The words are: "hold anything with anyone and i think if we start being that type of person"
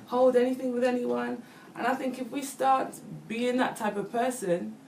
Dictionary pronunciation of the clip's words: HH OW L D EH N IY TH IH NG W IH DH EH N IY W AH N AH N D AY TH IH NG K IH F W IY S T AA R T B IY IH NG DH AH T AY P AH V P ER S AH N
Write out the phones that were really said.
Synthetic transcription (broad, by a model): HH OW L D EH N IY TH IH NG W IH DH EH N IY W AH N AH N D AY TH IH NG K IH F W IY S T AA R T B IY IH NG DH AH T AY P AH V P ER S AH N